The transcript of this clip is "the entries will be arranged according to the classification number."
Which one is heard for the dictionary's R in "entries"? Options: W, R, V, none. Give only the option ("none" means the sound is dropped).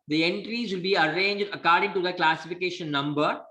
R